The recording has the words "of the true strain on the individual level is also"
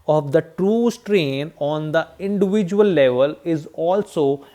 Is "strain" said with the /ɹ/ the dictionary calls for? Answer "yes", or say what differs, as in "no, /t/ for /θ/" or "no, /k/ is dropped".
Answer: yes